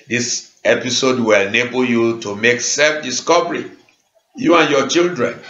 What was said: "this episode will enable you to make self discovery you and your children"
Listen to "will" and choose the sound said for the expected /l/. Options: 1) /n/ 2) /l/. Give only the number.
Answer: 2